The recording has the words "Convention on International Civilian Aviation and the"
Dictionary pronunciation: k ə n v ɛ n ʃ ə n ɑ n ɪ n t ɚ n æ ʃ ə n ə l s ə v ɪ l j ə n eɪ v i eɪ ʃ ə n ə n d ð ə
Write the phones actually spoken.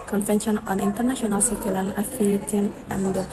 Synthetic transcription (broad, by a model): k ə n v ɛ n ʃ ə n ɑ n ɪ n t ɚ n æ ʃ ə n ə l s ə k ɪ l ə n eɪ f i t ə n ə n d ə